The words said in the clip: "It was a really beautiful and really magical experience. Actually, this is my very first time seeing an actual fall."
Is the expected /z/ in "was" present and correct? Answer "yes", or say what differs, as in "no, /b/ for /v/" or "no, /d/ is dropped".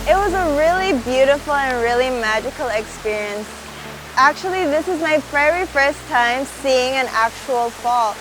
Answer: yes